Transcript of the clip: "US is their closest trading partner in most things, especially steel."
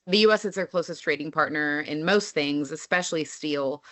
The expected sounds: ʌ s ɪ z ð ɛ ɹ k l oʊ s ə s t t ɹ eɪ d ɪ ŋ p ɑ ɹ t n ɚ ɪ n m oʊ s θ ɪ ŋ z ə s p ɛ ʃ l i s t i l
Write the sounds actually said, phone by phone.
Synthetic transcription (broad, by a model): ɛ s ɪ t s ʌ ɹ k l oʊ s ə s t t ɹ eɪ d ɪ ŋ p ɑ ɹ t n ɚ ɪ n m oʊ s θ ɪ ŋ z ə s p ɛ ʃ l i s t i l